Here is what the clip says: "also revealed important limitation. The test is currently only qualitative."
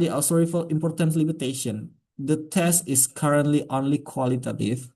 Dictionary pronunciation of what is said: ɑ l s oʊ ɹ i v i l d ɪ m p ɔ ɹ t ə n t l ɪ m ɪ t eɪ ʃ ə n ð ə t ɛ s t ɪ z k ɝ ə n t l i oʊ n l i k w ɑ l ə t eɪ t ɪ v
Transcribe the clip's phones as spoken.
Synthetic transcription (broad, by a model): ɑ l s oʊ ɹ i f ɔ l ɪ m p ɔ ɹ t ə n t l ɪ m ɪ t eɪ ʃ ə n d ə t ɛ s t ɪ s k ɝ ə n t l i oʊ n l i k w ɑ l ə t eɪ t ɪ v